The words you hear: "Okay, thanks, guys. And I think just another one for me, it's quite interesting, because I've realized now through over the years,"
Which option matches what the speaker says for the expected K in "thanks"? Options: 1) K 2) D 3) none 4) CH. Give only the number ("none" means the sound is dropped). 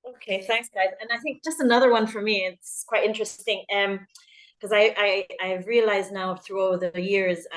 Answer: 1